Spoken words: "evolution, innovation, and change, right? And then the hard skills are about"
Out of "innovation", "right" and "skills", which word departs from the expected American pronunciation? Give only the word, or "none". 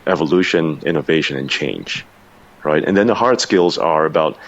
none